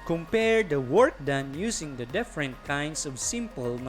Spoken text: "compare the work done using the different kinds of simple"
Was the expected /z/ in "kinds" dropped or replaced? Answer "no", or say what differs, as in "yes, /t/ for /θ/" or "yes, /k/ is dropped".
yes, /s/ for /z/